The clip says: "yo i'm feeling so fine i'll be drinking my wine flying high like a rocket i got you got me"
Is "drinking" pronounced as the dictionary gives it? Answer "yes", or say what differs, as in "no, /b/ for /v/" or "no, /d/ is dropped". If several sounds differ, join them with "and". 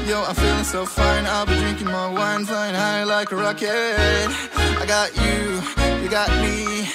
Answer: yes